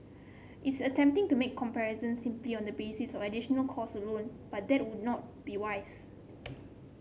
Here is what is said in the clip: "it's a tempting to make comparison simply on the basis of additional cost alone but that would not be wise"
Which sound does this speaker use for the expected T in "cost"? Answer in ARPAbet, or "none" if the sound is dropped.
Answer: none